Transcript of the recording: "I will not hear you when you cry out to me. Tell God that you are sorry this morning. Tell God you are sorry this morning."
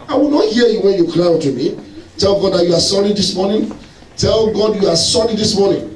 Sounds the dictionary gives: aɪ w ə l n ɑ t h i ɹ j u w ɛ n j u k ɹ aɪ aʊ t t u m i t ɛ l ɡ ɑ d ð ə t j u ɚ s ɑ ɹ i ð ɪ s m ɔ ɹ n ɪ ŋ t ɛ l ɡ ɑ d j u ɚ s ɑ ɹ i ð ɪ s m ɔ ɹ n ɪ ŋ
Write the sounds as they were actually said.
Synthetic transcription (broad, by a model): aɪ w ə l n ɑ t h i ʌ j u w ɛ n j u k l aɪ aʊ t t u m i t ɛ l ɡ ɑ d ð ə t j u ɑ s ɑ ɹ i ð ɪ s m ɔ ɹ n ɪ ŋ t ɛ l ɡ ɑ d j u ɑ s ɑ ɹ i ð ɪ s m ɔ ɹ n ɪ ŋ